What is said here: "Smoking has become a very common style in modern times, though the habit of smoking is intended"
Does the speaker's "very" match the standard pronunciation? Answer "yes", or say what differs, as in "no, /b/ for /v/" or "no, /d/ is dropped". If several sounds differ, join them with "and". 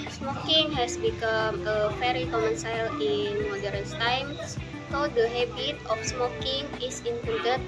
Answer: no, /f/ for /v/